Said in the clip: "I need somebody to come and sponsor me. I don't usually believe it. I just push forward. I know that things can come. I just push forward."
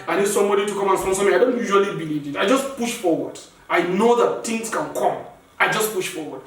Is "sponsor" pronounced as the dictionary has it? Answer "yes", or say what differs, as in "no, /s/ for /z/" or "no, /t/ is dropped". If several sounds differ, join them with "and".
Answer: no, /p/ is dropped